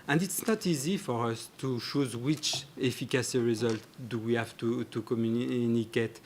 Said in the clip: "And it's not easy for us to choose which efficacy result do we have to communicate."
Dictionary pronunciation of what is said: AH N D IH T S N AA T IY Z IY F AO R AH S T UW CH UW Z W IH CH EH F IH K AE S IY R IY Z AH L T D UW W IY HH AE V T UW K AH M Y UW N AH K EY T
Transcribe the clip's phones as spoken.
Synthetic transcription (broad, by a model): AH N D IH T S N AA T IY Z IY F AO R AH S T UW SH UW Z W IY CH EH F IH K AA S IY R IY Z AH L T D UW W IY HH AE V T UW K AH M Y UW N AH K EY T